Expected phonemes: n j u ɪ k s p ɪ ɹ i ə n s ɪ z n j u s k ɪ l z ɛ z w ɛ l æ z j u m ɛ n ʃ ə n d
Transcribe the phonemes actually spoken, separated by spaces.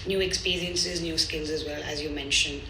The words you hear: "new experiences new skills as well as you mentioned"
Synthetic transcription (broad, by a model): n j u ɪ k s p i ɹ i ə n s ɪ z n j u s k ɪ l z ɛ z w ɛ l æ z j u m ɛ n ʃ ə n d